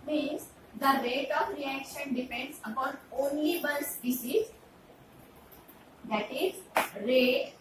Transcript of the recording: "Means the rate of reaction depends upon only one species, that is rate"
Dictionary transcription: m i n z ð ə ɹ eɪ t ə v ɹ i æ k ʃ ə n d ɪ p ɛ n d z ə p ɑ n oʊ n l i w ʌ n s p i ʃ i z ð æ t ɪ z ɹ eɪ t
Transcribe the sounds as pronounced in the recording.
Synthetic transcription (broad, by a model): m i n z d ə ɹ eɪ t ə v ɹ i æ k ʃ ə n d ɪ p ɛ n d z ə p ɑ n oʊ n l i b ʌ l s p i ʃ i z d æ t ɪ z ɹ eɪ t